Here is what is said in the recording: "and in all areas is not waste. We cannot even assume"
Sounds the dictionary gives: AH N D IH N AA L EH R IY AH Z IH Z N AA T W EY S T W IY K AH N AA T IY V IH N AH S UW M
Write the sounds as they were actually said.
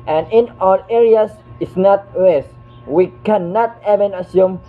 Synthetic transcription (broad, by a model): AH N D IH N AA L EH R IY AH S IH S N AA T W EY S W IY K AH N AA T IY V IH N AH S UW M